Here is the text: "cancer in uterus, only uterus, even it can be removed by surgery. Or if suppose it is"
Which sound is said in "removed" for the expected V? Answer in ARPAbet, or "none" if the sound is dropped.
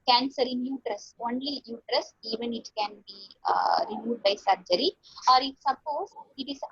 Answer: none